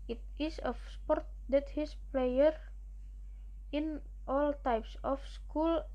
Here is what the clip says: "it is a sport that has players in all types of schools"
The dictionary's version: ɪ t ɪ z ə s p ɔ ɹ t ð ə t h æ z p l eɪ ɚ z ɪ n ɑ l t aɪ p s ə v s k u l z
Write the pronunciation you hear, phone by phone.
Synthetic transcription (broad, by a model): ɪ t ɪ s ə s p ɔ ɹ t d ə t h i s p l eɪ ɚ ɪ n ɑ l t aɪ p s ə f s k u l